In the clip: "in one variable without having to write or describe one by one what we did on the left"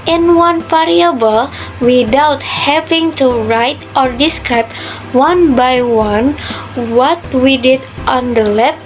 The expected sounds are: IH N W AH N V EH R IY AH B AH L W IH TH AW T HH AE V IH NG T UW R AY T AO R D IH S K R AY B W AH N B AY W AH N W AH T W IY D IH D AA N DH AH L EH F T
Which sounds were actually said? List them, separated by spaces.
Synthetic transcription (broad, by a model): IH N W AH N F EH R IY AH B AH L W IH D AW T HH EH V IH NG T UW R AY T AO R D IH S K R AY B W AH N B AY W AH N W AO T W IY D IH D AA N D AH L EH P